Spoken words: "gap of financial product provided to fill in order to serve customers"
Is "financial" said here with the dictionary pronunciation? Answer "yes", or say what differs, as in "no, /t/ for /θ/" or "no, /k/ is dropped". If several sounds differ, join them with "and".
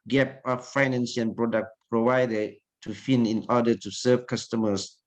no, /s/ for /ʃ/ and /n/ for /l/